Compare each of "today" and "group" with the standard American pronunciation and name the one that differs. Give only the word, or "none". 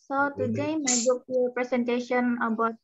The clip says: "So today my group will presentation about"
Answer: group